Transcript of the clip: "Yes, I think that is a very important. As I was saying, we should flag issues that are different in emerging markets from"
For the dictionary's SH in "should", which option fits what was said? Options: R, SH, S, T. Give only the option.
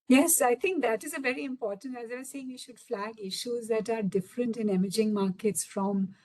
SH